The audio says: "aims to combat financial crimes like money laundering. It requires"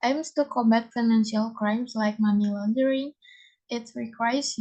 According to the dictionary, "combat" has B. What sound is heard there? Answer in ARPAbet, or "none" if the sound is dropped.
B